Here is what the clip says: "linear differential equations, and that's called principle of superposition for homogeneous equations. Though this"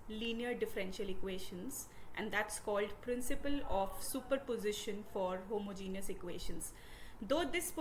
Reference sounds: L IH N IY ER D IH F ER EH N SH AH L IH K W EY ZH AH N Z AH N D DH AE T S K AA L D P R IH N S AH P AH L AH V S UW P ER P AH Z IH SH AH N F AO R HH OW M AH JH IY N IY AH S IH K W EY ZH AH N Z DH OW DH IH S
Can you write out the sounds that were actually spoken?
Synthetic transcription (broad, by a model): L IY N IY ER D IH F ER EH N SH AH L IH K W EY SH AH N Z AH N D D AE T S K AA L D P R IH N S AH P AH L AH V S UW P ER P AH Z IH SH AH N F AO R HH OW M AH JH IY N IY AH S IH K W EY SH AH N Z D OW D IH S